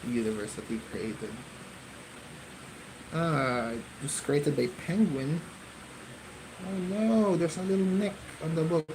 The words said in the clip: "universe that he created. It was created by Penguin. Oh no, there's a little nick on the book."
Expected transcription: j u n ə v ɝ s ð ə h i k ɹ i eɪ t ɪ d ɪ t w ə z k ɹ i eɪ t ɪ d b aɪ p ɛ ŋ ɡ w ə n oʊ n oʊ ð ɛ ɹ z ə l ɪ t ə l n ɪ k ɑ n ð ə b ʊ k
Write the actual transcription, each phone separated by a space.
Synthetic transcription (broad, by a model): j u n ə v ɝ s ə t i k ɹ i eɪ t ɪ d ɪ t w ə s k ɹ i eɪ t ɪ d b aɪ p ɛ ŋ ɡ w ə n oʊ n oʊ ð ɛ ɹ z ə l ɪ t l n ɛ k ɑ n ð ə b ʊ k